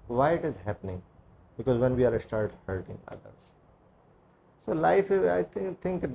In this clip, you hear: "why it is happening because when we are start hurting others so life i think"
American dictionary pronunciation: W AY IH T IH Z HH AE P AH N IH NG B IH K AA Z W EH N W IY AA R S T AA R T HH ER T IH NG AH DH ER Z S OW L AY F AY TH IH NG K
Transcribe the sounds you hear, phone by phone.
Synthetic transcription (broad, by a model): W AY IH T IH Z HH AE P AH N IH NG B IH K AA Z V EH N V IY AA R S T AA R T HH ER T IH NG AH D ER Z S OW L AY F AY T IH NG K